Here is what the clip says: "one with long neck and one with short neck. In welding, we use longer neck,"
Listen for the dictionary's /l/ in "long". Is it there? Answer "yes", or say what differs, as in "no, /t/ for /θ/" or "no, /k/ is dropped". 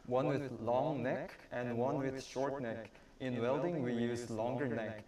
yes